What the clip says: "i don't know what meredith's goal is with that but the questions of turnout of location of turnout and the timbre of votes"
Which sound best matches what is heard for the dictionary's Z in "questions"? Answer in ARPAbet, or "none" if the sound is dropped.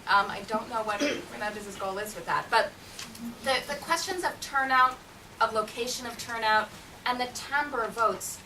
Z